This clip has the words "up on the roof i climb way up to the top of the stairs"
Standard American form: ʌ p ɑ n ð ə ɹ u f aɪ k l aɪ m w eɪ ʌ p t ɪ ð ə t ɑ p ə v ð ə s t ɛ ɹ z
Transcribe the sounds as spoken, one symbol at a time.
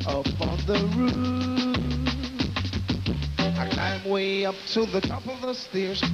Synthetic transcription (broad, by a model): ʌ p n ð ə ɹ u aɪ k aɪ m w eɪ ʌ p t ɪ ð ə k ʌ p ə v ð ə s t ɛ ɹ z